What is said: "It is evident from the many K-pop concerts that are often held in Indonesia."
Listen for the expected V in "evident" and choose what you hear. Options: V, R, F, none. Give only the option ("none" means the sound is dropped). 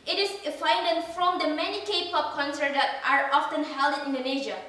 none